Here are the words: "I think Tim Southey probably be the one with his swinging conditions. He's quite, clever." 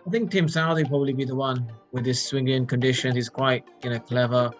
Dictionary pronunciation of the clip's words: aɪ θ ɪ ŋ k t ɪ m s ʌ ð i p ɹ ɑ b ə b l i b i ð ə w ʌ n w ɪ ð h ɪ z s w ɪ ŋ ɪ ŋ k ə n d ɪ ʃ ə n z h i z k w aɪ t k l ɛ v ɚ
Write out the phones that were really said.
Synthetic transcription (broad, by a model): aɪ θ ɪ ŋ k t ɪ m s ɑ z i p ɹ ɑ b ə b l i b i ð ə w ʌ n w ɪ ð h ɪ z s w ɪ ŋ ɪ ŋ k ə n d ɪ ʃ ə n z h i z k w aɪ t k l ɛ v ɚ